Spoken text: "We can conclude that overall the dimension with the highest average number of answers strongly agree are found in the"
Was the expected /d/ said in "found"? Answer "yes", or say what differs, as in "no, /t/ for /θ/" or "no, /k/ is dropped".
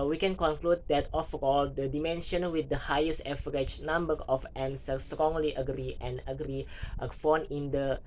no, /d/ is dropped